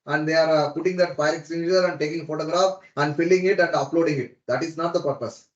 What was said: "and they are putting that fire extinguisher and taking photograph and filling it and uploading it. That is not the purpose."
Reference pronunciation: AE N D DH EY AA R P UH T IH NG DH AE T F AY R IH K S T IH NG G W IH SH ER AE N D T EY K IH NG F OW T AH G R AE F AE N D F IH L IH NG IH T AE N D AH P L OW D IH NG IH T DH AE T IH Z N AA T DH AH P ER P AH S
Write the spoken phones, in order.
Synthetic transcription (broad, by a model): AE N D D EY AA R P UH T IH NG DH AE T P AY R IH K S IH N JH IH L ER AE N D T EY K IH NG F OW T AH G R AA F AE N D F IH L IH NG IH T AE N D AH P L OW D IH NG IH T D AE T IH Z N AA T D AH P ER P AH S